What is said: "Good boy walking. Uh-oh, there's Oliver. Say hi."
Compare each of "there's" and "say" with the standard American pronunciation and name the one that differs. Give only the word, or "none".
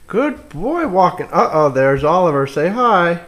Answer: none